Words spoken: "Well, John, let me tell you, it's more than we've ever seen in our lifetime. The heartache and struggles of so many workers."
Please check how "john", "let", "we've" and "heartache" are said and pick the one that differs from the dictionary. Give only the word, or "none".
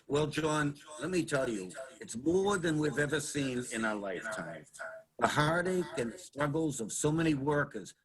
none